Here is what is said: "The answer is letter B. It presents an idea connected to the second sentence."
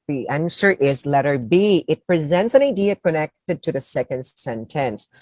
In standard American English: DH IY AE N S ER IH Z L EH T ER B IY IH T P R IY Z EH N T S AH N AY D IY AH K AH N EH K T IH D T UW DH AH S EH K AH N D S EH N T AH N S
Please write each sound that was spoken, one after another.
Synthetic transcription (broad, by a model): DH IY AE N S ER IH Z L EH T ER B IY IH T P R IY Z EH N T S AH N AY D IY AH K AH N EH K T IH D T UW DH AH S EH K AH N D S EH N T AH N S